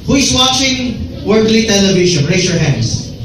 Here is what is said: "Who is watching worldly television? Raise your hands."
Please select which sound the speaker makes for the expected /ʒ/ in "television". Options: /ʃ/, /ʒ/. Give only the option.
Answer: /ʃ/